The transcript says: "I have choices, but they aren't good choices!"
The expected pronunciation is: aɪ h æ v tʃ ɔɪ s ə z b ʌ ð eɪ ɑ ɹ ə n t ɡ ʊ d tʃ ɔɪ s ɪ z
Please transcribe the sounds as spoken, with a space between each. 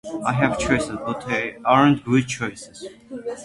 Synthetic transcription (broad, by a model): aɪ h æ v tʃ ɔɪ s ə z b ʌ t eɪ ɑ ɹ ə n t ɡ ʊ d tʃ ɔɪ s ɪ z